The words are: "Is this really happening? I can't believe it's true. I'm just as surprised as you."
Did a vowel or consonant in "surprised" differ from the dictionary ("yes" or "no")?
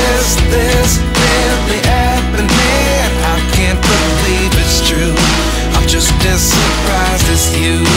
yes